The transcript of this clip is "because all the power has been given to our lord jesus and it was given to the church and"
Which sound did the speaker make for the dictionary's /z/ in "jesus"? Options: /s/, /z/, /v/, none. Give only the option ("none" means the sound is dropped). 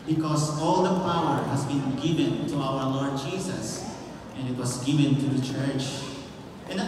/s/